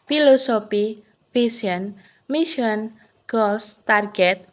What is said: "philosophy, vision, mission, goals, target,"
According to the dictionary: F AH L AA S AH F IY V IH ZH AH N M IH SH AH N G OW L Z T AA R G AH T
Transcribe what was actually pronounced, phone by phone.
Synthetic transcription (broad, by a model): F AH L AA S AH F IY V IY S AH N M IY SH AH N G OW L S T AA R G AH T